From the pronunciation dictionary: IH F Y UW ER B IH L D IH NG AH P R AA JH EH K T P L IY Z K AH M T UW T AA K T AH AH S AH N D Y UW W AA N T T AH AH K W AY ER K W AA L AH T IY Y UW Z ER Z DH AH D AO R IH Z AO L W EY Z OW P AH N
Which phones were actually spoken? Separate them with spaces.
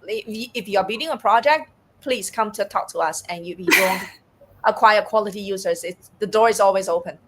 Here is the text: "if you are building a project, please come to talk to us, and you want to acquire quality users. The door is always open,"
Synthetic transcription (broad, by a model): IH F Y UW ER B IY D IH NG AH P R AA JH EH K T P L IY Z K AH M T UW T AA K T AH AH S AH N Y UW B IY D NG T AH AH K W AY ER K W AA L AH T IY Y UW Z ER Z DH AH D AO R IH Z AO L W EY Z OW P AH N